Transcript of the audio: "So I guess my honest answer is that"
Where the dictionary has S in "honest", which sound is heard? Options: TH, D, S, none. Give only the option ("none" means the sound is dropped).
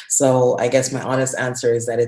S